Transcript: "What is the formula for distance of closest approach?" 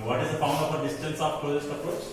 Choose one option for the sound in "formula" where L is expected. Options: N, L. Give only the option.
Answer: N